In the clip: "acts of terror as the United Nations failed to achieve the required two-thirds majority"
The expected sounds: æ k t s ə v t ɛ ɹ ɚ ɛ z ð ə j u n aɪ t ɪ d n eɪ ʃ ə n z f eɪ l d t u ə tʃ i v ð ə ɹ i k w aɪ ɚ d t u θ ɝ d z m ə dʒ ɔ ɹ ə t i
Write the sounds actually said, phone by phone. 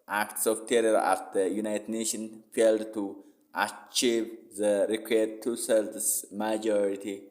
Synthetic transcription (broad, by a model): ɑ k t s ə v t ɛ ɹ ɚ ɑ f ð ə j u n aɪ t ɪ d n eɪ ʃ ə n f eɪ l d t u ə tʃ i v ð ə ɹ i k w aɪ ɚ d t u s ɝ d s m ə dʒ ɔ ɹ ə t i